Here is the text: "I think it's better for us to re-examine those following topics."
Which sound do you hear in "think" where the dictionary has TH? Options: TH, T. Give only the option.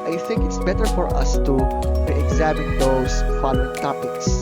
TH